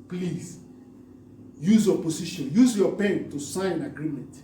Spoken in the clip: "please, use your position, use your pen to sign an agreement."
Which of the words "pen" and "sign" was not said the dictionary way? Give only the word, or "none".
sign